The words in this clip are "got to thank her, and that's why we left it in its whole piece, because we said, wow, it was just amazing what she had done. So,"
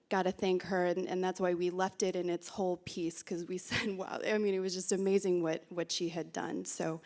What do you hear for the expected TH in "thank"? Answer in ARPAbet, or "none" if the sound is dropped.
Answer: TH